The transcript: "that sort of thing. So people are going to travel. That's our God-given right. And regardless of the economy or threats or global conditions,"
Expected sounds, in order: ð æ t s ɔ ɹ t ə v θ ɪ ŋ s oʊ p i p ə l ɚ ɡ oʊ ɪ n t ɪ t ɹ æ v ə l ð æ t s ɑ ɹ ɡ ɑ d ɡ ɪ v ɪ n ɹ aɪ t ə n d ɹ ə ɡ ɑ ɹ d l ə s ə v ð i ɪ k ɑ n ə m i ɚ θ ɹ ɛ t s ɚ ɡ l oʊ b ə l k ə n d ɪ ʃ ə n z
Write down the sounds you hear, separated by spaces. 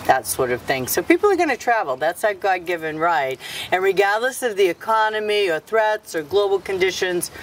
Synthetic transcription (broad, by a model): ð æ t s ɔ ɹ t ə v θ ɪ ŋ s oʊ p i p l ɚ ɡ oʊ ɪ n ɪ t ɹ æ v l ð æ t s ɑ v ɡ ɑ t ɡ ɪ v ɪ n ɹ aɪ t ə n ɹ ə ɡ ɑ ɹ d l ə s ə v ð i ɪ k ɑ n ə m i ɚ θ ɹ ɛ t s ɚ ɡ l oʊ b l k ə n d ɪ ʃ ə n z